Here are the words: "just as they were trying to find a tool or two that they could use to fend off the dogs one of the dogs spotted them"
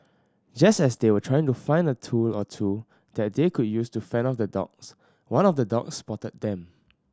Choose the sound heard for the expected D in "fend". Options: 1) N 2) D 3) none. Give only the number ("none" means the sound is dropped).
3